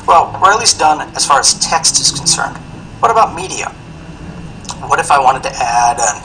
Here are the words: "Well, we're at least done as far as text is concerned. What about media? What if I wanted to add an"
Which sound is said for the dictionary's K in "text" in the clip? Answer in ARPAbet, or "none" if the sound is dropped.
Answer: K